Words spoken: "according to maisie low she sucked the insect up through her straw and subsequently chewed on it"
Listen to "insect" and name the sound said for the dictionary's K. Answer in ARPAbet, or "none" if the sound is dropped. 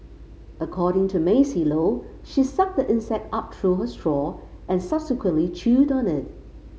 K